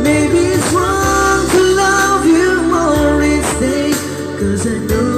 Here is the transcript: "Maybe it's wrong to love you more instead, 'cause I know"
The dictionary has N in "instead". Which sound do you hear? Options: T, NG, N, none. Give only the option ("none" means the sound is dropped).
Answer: none